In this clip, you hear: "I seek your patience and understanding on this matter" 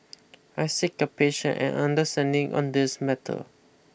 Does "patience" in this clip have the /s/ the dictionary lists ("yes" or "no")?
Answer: no